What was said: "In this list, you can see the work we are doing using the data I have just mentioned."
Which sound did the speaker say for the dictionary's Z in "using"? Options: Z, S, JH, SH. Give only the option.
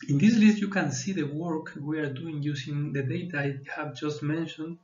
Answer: S